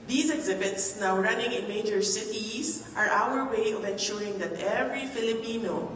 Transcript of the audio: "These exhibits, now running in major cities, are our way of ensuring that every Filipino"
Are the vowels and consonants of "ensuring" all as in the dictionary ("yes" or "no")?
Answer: yes